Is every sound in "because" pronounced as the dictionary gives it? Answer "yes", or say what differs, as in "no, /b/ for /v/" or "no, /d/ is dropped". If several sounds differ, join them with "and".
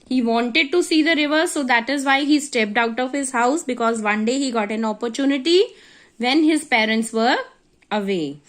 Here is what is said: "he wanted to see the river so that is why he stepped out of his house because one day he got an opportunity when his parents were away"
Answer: yes